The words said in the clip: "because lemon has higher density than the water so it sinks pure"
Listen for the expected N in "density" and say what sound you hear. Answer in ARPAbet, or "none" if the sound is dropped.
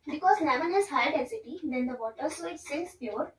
none